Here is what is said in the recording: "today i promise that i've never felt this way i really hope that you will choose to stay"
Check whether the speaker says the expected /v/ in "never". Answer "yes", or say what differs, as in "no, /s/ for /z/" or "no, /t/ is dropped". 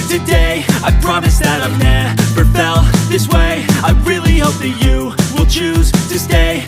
no, /b/ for /v/